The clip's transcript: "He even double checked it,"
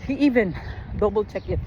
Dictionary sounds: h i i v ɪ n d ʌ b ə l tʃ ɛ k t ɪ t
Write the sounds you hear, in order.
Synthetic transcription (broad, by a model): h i i v ɪ n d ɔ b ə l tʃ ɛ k ɪ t